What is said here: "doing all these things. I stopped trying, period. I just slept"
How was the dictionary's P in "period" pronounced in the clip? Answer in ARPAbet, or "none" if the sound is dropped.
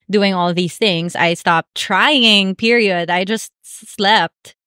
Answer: P